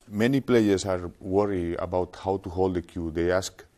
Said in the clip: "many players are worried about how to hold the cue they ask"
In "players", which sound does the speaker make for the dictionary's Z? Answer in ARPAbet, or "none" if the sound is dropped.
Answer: S